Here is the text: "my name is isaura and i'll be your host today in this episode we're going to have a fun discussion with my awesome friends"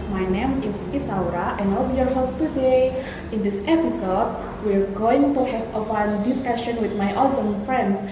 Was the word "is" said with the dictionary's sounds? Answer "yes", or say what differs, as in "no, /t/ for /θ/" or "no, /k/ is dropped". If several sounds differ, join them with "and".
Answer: no, /s/ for /z/